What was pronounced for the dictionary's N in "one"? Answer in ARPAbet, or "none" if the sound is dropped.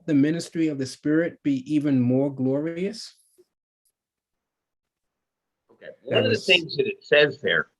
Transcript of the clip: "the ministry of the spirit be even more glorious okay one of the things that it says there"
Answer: none